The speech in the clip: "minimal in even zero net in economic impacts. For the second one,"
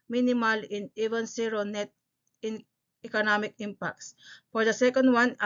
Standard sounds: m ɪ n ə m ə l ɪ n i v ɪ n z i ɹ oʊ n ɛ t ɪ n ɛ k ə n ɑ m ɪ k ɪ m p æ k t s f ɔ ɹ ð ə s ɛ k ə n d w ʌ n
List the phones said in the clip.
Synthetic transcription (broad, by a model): m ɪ n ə m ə l ɪ n i v ɪ n s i ɹ oʊ n ɛ t ɪ n ɛ k ə n ɑ m ɪ k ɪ m p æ k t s f ɔ ɹ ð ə s ɛ k ə n d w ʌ n